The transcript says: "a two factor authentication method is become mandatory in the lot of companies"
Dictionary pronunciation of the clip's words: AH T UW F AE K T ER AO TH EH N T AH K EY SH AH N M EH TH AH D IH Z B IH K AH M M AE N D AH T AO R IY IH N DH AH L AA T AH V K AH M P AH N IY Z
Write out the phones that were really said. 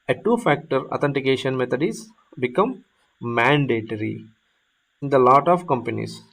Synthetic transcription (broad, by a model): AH T UW F AE K T ER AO T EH N T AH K EY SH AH N M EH T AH D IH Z B IH K AH M M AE N D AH T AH R IY IH N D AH L AA T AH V K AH M P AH N IY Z